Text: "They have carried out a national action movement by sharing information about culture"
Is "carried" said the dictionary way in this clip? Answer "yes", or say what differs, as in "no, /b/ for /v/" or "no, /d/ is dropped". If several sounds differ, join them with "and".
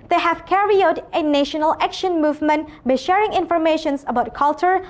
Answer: no, /d/ is dropped